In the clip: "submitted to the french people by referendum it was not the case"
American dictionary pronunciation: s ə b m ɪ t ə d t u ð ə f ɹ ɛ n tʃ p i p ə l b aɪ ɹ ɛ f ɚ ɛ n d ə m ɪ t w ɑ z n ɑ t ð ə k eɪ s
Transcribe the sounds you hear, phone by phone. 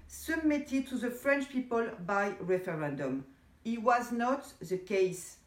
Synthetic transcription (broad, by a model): s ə b m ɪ t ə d t u ð ə f ɹ ɛ n tʃ p i p ə l b aɪ ɹ ɛ f ɚ ɛ n d ə m ɪ t w ɑ z n ɑ t ð ə k eɪ s